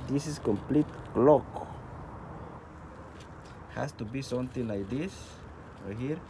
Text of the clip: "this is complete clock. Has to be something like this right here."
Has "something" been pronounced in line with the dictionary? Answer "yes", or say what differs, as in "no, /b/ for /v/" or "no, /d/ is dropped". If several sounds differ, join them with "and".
no, /t/ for /θ/